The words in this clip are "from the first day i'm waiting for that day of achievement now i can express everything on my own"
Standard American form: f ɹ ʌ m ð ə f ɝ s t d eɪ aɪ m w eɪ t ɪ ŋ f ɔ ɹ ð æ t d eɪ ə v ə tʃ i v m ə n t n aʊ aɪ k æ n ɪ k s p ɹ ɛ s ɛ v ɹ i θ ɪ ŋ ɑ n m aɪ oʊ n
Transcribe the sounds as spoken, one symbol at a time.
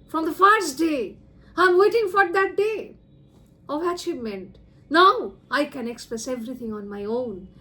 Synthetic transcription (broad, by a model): f ɹ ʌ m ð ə f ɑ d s d eɪ aɪ m w eɪ t ɪ ŋ f ɔ ɹ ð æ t d eɪ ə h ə ʃ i m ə n t n aʊ aɪ k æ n ɪ k s p ɹ ɛ s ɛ v ɹ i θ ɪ ŋ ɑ n m aɪ oʊ n